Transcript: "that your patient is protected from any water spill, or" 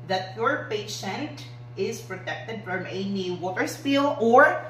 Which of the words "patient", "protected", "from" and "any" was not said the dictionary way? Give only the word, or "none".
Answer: none